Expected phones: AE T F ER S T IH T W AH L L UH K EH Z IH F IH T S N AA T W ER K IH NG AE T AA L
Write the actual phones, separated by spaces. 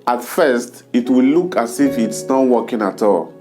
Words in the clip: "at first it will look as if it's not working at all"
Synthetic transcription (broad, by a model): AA T F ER S T IH T W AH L L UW K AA S IH F IH T S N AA W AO K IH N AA T AA L